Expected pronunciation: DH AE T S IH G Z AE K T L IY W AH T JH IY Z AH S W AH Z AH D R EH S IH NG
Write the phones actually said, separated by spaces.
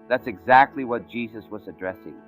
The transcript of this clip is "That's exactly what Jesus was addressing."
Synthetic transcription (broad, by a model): DH AE T S IH G Z AE K T L IY W AH T JH IY Z AH S W AH Z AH D R EH S IH NG